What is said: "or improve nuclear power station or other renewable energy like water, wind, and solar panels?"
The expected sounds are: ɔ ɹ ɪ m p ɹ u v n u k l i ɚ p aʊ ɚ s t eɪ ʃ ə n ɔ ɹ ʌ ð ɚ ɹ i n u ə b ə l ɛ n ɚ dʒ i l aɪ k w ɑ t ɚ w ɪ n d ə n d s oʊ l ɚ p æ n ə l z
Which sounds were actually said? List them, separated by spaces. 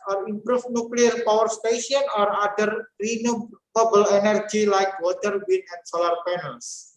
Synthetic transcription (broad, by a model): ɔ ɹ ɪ m p ɹ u f n u k l i ɚ p aʊ ɚ s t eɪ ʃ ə n ɔ ɹ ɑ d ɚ ɹ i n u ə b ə l ɛ n ɚ dʒ i l aɪ k w ɑ t ɚ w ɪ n ə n s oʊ l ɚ p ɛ n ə l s